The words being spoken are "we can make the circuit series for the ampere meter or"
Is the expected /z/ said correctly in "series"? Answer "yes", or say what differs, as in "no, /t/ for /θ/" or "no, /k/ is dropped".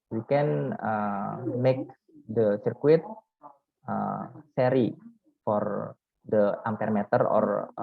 no, /z/ is dropped